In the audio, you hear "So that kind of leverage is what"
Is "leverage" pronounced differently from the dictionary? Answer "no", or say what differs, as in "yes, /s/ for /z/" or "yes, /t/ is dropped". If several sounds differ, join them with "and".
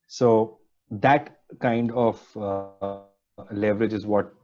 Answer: no